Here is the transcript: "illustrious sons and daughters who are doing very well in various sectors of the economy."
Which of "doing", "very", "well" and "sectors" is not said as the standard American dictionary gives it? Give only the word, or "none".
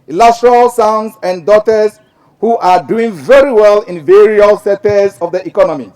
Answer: sectors